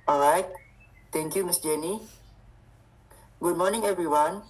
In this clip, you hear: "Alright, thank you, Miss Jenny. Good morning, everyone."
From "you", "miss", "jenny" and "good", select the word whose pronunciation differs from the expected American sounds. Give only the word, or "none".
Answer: none